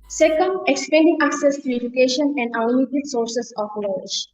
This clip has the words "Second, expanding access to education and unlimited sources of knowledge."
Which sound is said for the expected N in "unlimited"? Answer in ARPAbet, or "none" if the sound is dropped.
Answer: none